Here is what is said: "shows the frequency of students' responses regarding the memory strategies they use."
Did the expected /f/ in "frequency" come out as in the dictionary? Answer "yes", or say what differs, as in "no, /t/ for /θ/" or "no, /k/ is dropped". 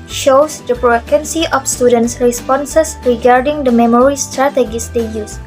no, /p/ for /f/